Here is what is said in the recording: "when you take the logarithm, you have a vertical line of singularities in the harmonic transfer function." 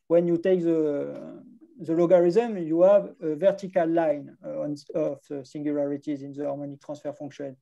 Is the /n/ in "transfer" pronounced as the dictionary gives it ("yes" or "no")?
no